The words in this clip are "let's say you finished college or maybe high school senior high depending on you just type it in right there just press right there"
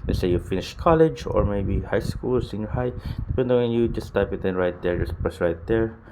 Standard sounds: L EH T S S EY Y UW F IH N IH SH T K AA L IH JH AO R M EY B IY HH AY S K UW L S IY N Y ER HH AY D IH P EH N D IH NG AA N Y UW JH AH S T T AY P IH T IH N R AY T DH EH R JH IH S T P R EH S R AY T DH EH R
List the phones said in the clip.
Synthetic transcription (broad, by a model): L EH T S S EY Y UW F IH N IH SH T K AA L IH JH AO R M EY B IY HH AY S K UW L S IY N Y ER HH AY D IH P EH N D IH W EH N Y UW JH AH S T T AY P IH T IH N R AY T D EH R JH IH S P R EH S R AY T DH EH R